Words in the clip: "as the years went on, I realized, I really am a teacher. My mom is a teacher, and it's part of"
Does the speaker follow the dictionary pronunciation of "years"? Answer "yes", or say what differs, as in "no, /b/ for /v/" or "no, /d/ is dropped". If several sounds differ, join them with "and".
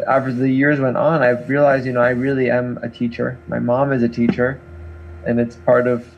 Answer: yes